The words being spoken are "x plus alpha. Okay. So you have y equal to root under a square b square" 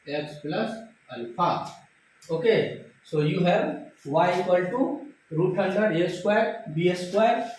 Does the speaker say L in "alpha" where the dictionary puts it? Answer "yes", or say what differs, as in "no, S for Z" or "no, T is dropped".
no, N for L